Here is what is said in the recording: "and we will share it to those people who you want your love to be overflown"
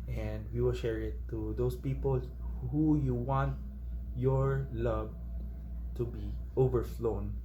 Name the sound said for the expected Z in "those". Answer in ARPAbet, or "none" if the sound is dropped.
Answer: S